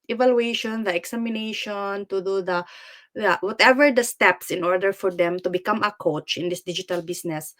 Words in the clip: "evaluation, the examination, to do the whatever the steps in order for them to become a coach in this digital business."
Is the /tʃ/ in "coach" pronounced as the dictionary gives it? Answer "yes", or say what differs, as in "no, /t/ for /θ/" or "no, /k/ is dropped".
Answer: yes